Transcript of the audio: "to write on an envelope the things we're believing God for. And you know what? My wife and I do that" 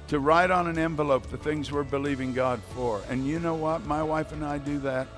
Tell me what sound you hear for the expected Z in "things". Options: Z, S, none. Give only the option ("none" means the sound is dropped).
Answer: Z